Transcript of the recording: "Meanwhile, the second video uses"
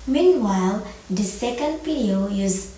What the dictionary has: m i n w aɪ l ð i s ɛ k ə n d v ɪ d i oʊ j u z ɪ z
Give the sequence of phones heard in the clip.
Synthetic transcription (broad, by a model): m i n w aɪ l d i s ɛ k ə n d p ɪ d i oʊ j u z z